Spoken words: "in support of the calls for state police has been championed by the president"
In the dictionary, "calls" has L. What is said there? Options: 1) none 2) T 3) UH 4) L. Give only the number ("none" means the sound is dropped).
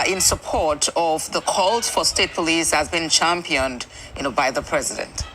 4